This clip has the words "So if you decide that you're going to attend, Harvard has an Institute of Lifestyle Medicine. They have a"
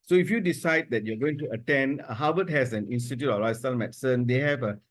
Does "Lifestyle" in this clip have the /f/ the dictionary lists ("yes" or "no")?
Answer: no